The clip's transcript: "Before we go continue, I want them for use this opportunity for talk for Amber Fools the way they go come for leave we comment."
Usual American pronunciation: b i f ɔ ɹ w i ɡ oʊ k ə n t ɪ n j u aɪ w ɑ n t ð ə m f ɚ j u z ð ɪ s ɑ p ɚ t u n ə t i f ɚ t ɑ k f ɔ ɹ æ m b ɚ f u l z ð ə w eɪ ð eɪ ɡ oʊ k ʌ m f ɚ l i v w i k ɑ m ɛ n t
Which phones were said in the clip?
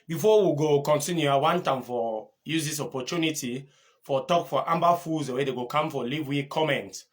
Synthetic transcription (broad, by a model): b i f ɔ w i ɡ oʊ k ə n t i n j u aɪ w ɑ n t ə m f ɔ j u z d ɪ s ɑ p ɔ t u n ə t i f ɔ t ɑ k f ɔ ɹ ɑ m b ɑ f u z w eɪ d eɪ ɡ oʊ k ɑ m f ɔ l i v w i k ɑ m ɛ n t